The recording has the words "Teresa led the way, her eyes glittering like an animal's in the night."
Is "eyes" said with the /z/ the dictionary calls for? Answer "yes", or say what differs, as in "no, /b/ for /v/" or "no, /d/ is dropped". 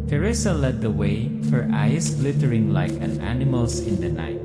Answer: no, /s/ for /z/